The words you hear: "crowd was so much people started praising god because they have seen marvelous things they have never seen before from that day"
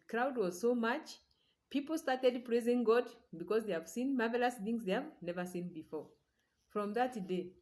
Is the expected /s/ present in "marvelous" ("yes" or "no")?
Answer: yes